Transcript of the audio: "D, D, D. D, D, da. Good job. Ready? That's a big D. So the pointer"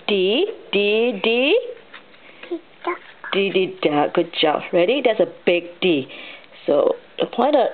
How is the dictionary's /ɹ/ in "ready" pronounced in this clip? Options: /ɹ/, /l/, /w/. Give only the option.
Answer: /ɹ/